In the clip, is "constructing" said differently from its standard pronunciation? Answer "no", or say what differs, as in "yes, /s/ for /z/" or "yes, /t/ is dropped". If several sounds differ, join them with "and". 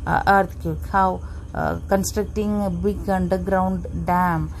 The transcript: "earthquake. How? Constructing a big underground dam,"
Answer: no